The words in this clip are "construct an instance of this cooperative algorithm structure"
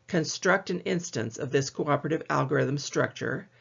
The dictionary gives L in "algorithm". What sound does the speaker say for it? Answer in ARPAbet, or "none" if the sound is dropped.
L